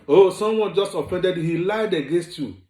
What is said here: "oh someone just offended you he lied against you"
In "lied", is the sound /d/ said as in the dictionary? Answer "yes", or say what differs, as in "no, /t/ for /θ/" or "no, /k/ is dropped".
yes